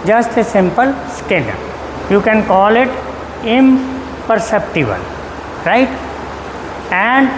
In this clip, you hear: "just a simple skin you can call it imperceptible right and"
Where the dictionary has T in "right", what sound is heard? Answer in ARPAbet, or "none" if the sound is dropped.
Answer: T